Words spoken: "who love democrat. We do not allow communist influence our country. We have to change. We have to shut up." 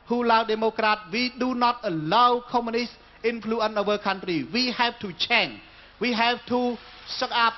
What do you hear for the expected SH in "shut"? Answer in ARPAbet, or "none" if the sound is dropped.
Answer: S